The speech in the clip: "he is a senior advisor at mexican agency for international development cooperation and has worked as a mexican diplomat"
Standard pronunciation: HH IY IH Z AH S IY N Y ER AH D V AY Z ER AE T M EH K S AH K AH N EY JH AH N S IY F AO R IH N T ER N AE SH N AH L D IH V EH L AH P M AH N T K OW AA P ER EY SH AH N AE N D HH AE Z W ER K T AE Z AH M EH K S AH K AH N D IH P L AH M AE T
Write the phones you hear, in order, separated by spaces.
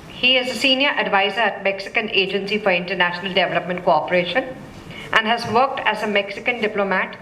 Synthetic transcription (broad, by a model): HH IY IH Z AH S IY N Y ER AH D V AY Z ER AE T M EH K S AH K AH N EY JH AH N S IY F AO R IH N T ER N AE SH N AH L D IH V EH L AH P M AH N T K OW AA P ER EY SH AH N AE N D HH AE Z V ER K T AE Z AH M EH K S AH K AH N D IH P L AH M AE T